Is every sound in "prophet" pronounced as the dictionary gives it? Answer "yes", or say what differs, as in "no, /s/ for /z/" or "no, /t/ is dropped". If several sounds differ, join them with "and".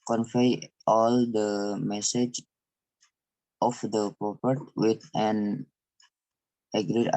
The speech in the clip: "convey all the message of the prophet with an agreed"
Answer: no, /p/ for /f/